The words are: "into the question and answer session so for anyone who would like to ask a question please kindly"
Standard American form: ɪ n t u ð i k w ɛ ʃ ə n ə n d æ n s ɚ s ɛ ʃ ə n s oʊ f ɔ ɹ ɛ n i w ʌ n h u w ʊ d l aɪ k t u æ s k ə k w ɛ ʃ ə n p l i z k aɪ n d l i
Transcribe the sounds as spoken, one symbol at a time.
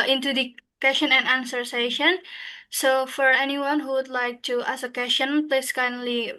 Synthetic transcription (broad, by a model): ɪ n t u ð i k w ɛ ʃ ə n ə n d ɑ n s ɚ s ɛ ʃ ə n s oʊ f ɔ ɹ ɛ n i w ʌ n h u w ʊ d l aɪ k t u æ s ə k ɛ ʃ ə n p l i s k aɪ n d l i